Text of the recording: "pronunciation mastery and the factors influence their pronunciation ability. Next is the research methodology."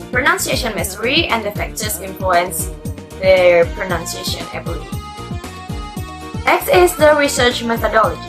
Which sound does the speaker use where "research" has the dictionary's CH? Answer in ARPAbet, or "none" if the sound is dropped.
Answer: CH